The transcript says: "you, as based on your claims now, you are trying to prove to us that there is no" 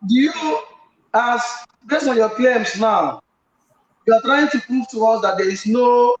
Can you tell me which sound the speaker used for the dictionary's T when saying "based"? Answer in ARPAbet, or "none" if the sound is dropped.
none